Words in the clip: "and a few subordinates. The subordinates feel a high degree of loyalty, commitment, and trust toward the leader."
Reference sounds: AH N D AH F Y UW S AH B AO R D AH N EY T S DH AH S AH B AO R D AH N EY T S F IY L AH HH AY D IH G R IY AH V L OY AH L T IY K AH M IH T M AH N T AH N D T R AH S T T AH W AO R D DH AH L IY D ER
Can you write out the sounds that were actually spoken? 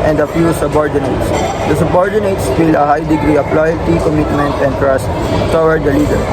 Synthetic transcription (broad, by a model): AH N D AH F Y UW S AH B AO R D AH N EY T S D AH S AH B AO R D AH N EY T S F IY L AH HH AY D IH G R IY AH P L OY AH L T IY K AH M IH T M AH N T AH N D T R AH S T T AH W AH R D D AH L IY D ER